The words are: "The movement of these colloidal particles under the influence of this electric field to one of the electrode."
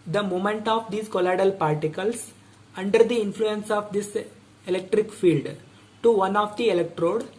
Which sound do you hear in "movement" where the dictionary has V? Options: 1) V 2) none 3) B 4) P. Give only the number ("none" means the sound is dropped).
2